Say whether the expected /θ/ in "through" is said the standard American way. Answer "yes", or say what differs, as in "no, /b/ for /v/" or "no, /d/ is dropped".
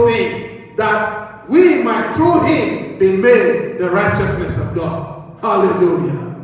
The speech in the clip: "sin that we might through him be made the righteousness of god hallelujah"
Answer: no, /t/ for /θ/